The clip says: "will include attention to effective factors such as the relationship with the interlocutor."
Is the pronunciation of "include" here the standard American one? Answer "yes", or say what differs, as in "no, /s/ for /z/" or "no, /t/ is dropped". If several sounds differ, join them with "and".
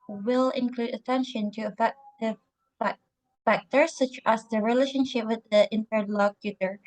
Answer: yes